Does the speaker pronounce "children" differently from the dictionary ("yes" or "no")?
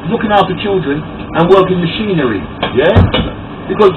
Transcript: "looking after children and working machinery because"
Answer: no